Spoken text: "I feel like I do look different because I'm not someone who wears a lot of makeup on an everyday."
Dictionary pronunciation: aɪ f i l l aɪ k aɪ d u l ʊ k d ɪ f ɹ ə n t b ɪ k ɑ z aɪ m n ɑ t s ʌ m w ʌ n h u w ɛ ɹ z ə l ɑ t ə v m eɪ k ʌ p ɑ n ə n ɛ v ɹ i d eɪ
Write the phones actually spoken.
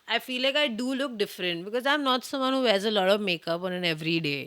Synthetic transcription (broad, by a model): aɪ f i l l aɪ k aɪ d u l ʊ k d ɪ f ɹ ə n t b ɪ k ɑ z aɪ m n ɑ t s ʌ m w ʌ n h u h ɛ z ə l ɑ t ə v m eɪ k ʌ p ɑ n ə n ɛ v ɹ i d eɪ